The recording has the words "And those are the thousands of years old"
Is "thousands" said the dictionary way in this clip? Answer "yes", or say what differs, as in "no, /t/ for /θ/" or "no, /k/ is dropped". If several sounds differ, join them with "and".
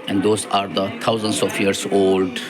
no, /t/ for /θ/